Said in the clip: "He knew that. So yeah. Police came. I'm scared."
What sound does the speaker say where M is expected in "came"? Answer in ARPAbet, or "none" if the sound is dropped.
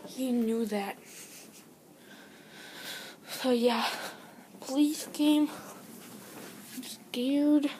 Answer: none